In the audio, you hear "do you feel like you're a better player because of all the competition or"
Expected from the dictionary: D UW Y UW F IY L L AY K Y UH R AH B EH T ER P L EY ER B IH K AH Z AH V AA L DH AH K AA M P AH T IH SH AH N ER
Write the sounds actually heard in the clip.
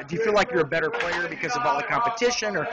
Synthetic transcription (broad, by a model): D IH Y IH F IY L L AY K Y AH R AH B EH T ER P L EY ER B IH K AH Z AH V AA L DH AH K AA M P AH T IH SH AH N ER